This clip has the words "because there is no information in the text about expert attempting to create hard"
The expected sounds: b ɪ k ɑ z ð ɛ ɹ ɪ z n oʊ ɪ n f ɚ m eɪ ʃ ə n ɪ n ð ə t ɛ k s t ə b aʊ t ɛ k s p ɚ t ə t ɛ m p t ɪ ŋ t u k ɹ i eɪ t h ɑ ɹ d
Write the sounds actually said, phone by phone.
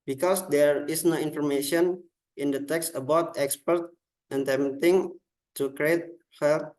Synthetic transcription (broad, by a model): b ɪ k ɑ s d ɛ ɹ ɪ s n oʊ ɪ n f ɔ m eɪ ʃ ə n ɪ n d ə t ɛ k s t ə b aʊ t ɛ k s p ɚ t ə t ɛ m t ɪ ŋ t u k ɹ i eɪ t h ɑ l